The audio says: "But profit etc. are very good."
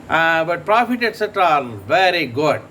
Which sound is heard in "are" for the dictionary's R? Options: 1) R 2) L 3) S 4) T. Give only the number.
2